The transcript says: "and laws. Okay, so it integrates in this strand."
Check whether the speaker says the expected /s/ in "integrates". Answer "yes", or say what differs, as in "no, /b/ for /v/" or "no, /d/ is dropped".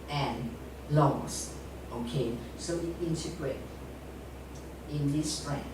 no, /s/ is dropped